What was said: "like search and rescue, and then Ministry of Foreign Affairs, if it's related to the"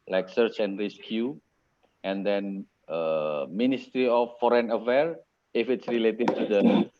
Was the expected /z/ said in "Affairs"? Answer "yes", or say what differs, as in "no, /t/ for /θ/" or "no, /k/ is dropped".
no, /z/ is dropped